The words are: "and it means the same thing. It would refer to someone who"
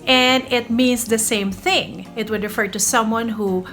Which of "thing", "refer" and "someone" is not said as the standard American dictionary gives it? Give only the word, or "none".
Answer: none